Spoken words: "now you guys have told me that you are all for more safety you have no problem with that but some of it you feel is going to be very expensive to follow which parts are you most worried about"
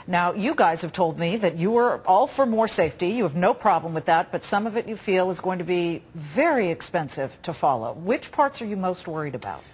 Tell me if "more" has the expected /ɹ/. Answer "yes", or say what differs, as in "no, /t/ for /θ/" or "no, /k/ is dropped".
yes